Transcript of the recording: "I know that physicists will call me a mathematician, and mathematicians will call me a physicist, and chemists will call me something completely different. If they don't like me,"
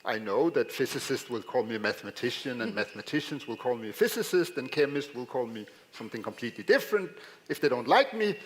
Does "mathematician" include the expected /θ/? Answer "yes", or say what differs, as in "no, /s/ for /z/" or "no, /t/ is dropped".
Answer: yes